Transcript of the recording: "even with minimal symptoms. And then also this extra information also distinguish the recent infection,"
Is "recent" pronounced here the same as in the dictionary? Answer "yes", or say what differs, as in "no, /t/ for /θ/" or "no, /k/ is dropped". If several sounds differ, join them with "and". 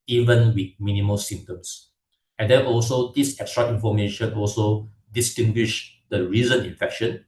no, /t/ is dropped